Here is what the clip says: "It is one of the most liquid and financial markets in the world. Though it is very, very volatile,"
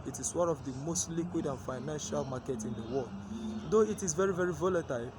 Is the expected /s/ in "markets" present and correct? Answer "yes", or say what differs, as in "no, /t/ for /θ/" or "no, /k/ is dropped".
no, /s/ is dropped